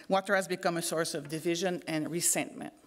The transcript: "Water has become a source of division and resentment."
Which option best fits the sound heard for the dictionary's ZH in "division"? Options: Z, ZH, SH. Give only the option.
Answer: ZH